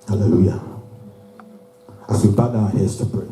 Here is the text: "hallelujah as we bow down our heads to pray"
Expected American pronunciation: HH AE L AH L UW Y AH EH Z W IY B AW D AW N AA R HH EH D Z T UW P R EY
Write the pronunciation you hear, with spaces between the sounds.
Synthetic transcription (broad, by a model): HH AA L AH L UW Y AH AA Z W IY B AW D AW AA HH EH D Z T UW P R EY